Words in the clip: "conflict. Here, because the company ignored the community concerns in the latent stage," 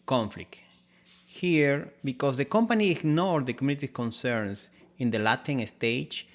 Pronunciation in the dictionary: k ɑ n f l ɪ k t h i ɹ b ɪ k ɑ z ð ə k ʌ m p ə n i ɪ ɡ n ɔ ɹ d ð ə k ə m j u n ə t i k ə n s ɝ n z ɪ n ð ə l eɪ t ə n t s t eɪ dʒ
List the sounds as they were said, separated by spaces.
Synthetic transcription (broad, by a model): k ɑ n f l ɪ k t h i ɹ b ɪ k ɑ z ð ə k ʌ m p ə n i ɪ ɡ n ɔ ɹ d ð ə k ə m j u n ə t i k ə n s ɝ n s ɪ n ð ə l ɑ t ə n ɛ s t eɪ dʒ